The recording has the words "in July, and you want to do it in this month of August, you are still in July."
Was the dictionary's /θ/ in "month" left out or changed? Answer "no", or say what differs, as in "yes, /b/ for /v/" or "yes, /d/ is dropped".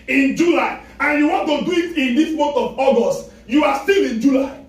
yes, /t/ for /θ/